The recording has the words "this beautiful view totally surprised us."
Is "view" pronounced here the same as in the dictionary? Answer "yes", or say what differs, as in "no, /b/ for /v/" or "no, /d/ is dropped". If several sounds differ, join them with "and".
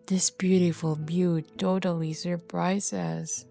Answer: no, /b/ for /v/